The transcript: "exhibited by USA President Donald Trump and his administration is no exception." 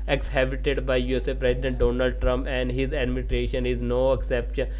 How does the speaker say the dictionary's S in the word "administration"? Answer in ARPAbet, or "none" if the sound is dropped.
none